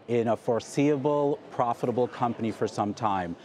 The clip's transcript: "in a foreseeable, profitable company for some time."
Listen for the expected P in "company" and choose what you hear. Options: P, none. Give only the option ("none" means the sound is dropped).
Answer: P